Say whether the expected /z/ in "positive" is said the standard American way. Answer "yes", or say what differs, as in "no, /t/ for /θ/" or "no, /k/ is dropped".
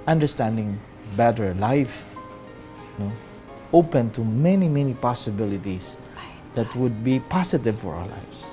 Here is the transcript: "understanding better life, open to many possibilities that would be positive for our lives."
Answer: no, /s/ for /z/